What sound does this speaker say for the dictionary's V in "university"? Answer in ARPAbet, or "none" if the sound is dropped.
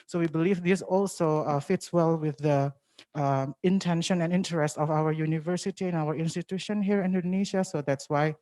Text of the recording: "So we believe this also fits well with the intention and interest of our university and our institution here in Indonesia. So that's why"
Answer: V